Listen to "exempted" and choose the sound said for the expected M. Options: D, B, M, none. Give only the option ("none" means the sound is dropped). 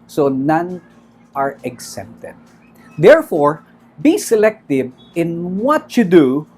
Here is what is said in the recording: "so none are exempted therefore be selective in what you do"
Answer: none